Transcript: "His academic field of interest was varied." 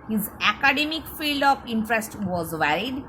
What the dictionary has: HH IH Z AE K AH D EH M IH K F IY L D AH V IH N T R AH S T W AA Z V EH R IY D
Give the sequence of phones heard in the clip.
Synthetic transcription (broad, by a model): HH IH Z AE K AH D EH M IH K F IY L D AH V IH N T R AH S T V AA Z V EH R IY D